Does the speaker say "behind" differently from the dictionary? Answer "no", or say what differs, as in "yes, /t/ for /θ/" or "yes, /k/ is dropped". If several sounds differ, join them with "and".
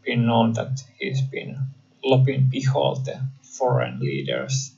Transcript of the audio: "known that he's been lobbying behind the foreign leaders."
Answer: yes, /l/ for /n/